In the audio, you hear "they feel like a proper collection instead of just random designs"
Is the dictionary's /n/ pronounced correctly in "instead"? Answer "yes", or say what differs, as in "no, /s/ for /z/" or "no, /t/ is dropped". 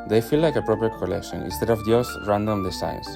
yes